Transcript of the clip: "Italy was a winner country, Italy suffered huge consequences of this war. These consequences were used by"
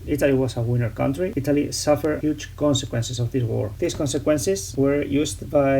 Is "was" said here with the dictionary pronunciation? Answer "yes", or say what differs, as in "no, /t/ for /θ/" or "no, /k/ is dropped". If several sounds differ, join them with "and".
no, /s/ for /z/